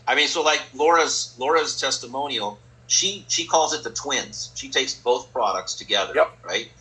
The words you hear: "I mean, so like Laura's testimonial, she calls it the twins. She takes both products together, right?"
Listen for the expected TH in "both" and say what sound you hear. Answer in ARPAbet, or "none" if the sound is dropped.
TH